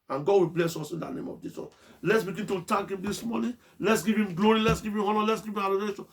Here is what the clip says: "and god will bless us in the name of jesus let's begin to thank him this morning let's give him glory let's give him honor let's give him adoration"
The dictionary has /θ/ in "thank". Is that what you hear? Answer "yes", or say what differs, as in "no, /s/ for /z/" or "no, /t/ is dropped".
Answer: no, /t/ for /θ/